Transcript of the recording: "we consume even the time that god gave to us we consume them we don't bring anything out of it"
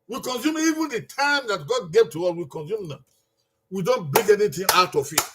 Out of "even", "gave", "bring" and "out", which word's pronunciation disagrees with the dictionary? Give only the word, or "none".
bring